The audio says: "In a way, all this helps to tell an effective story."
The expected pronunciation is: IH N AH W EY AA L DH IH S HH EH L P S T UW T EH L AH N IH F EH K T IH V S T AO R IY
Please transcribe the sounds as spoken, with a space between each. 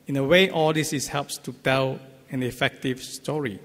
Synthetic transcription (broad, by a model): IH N AH W EY AA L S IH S HH EH L P S T UW T EH L AH N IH F EH K T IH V S T AO R IY